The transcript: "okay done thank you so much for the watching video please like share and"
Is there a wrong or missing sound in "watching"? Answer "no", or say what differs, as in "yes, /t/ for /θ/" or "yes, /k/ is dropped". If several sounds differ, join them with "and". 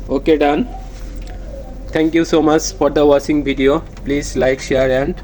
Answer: yes, /s/ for /tʃ/